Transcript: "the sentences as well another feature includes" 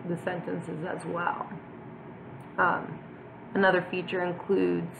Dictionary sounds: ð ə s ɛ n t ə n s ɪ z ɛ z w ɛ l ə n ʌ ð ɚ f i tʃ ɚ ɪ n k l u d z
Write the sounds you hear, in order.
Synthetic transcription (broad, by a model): ð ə s ɛ n t ə n s ɪ z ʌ z w ɛ l ə n ʌ ð ɚ f i tʃ ɚ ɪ n k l u d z